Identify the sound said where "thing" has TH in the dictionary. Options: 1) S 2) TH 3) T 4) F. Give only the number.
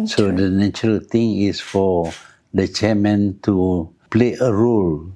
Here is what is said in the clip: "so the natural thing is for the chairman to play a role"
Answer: 3